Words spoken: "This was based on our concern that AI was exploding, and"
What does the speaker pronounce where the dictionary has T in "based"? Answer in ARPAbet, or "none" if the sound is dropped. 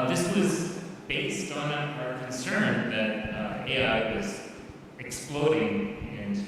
T